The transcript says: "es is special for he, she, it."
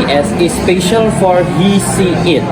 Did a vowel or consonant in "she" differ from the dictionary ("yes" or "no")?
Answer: yes